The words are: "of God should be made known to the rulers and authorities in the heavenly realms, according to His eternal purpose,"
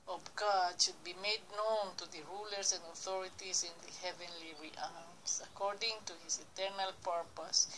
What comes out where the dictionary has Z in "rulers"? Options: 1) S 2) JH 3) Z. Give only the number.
1